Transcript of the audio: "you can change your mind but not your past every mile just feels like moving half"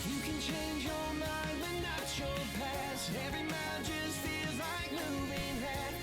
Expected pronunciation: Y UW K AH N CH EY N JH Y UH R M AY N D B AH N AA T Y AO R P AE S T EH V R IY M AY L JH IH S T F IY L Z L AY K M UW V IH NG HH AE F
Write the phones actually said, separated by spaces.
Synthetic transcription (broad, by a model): Y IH K AH N CH EY N JH Y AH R M AY N D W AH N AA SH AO P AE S EH V R IY M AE JH IH S T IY Z L AY K M UW V IH NG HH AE